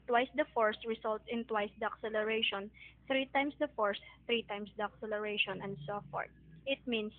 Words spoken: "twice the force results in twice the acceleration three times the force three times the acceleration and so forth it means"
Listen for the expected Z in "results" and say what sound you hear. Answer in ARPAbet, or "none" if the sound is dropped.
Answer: S